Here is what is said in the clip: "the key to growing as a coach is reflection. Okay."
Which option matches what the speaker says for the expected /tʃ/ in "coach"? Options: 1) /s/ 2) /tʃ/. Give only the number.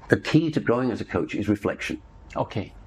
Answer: 2